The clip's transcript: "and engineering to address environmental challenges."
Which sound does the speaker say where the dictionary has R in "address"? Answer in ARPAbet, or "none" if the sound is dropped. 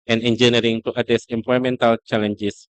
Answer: none